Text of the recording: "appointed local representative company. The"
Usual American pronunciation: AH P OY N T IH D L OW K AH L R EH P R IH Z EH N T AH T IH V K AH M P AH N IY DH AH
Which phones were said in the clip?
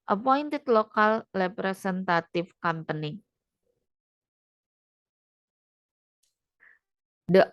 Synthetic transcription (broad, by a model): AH P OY N T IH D L OW K AH L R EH P R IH S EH N T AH T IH F K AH M P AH N IY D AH